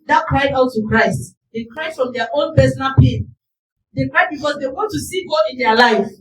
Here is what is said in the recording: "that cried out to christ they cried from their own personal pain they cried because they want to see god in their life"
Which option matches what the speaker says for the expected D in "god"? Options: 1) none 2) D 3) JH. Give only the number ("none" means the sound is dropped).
1